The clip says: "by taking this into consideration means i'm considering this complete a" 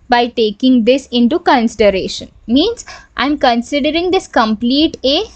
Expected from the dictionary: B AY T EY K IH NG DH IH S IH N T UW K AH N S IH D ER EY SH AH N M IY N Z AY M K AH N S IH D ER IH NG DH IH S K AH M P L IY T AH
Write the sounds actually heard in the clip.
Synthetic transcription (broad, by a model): B AY T EY K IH NG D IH S IH N T UW K AH N S IH D ER EY SH AH N M IY N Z AY M K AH N S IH D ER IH NG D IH S K AH M P L IY T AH